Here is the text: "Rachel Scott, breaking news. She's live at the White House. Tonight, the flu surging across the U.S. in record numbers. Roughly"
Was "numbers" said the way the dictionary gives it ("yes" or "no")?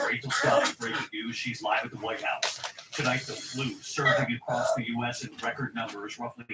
yes